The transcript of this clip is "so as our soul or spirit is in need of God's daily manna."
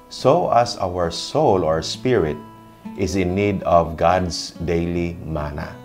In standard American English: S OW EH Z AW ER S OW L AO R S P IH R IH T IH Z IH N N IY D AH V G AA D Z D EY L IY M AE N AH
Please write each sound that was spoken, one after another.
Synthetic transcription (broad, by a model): S OW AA S AW ER S OW L AO R S P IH R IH T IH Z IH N N IY D AH V G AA D S D EY L IY M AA N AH